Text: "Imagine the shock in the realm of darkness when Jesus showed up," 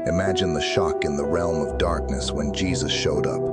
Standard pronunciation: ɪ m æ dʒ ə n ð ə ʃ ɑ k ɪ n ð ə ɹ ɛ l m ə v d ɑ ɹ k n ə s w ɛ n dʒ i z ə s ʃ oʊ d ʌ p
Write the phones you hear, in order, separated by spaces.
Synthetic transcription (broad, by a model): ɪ m æ dʒ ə n ð ə ʃ ɑ k ɪ n ð ə ɹ ɛ l m ə v d ɑ ɹ k n ə s w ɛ n dʒ i z ə s ʃ oʊ d ʌ p